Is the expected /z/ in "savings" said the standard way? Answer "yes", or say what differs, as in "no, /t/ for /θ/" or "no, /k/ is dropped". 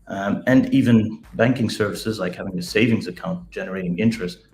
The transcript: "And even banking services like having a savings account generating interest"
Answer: yes